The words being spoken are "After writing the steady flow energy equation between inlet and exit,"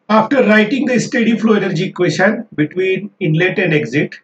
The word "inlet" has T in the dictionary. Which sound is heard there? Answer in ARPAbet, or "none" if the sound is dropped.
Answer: T